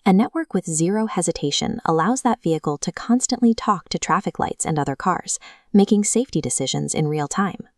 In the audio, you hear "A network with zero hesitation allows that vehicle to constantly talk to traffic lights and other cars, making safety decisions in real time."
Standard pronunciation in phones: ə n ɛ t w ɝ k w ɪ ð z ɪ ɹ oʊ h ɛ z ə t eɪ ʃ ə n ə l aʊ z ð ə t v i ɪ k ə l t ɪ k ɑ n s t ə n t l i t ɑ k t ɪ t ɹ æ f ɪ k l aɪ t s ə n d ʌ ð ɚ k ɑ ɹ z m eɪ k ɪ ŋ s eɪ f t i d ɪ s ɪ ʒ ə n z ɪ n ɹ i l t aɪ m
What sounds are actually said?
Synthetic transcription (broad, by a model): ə n ɛ t w ɝ k w ɪ ð z ɪ ɹ oʊ h ɛ z ə t eɪ ʃ ə n ə l aʊ z ð ə t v i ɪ k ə l t ɪ k ɑ n s t ə n t l i t ɑ k t ɪ t ɹ æ f ɪ k l aɪ t s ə n ʌ ð ɚ k ɑ ɹ z m eɪ k ɪ ŋ s eɪ f t i d ɪ s ɪ ʒ ə n z ɪ n ɹ i l t aɪ m